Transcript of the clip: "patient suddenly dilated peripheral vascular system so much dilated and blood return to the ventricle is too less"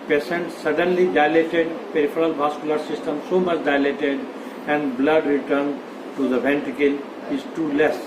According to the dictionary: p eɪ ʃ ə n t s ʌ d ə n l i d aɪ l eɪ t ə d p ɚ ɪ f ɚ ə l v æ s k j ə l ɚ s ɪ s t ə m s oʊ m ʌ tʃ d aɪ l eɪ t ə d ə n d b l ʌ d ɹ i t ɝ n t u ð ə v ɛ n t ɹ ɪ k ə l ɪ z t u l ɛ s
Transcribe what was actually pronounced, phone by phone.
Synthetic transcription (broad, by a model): p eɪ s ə n t s ʌ d ə n l i d aɪ l eɪ t ə d p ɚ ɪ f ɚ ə l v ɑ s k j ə l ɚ s ɪ s t ə m s oʊ m ʌ tʃ d aɪ l eɪ t ə d ə n d b l ʌ d ɹ i t ɝ n t u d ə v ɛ n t ɪ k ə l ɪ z t u l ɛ s